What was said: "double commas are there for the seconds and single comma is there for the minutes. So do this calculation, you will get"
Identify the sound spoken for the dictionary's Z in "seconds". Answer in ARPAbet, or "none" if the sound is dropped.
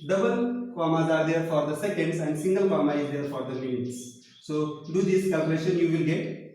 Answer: S